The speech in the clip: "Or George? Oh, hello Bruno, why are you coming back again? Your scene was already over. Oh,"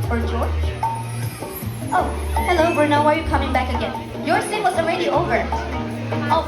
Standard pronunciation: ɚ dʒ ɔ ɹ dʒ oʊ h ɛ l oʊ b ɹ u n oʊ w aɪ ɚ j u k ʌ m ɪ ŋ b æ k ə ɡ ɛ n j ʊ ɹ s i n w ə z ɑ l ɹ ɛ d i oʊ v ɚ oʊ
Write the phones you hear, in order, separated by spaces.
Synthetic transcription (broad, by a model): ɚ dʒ ɔ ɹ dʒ oʊ h ɛ l oʊ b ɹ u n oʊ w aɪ ɚ j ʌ k ʌ m ɪ ŋ b æ k ə ɡ ɛ n j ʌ ɹ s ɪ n w ə z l ɹ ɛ d i oʊ v ɚ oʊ